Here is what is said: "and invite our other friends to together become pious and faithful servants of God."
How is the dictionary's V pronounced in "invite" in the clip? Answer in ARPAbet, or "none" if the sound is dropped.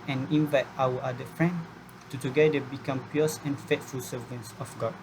V